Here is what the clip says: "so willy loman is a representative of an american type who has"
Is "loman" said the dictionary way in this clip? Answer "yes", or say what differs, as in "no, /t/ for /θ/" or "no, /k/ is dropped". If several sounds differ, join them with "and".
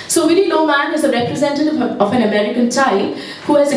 no, /n/ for /l/